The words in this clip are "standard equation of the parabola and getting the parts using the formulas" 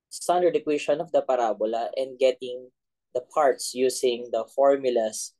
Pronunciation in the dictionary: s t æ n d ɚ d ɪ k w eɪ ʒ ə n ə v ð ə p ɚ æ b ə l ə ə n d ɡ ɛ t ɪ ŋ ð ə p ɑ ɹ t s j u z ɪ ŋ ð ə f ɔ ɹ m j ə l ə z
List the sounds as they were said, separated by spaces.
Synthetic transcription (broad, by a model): s t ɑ n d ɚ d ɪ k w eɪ ʃ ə n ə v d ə p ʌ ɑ b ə l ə ə n d ɡ ɛ t ɪ ŋ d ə p ɑ ɹ t s j u s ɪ ŋ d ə f ɔ ɹ m j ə l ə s